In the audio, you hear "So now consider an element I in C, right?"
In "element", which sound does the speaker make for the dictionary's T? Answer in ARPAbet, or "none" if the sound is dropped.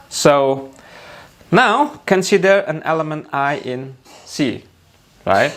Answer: T